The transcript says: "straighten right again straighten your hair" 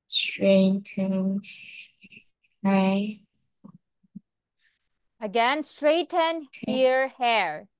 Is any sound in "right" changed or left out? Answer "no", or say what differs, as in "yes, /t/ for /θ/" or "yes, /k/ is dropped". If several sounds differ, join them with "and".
yes, /t/ is dropped